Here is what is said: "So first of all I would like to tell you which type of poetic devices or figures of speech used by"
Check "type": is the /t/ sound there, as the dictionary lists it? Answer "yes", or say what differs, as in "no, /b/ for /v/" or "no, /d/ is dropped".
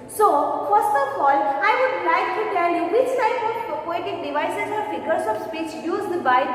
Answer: no, /s/ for /t/